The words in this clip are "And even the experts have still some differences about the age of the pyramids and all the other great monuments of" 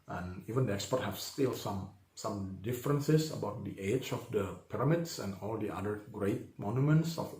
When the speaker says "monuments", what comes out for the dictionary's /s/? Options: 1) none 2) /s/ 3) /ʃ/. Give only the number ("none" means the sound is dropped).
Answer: 2